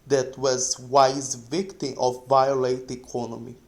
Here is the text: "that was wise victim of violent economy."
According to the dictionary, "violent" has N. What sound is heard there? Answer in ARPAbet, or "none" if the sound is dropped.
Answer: none